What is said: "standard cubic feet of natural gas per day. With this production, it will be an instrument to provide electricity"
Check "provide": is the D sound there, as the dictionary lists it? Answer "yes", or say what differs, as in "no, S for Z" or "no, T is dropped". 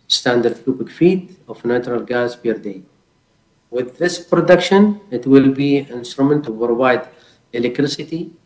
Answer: yes